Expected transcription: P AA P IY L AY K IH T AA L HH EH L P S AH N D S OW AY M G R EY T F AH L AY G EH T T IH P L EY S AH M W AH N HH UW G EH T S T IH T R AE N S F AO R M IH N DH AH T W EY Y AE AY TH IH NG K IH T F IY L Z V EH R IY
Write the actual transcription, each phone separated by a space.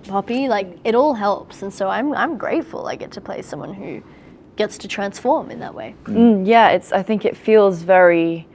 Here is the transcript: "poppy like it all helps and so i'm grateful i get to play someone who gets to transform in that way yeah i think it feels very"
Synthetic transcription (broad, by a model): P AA P IY L AY K IH T AA L HH EH L P S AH N S OW AY M G R EY T F AH L AY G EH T T IH P L EY S AH M W AH N HH UW G EH T S T IH T R AE N S F AO R M IH N DH AH T W EY Y AE AY TH IH NG K IH T F IY L Z V EH R IY